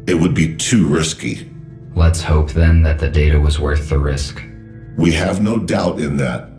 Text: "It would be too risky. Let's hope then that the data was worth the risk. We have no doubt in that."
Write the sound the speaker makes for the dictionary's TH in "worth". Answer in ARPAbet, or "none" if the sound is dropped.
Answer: TH